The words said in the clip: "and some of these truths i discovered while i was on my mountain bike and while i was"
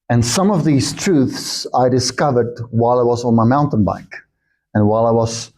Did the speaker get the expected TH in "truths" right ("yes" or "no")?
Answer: yes